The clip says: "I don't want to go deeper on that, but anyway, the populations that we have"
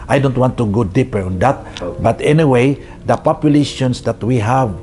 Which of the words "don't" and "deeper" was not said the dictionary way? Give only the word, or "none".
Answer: none